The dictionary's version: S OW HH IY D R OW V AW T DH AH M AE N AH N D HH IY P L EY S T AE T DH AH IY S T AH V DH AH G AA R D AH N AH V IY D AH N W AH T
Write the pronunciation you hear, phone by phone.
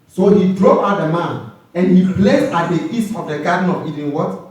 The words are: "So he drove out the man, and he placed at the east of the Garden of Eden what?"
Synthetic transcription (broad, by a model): S OW HH IY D R OW AW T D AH M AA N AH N HH IY P L EY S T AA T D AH IY S T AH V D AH G AA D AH N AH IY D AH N W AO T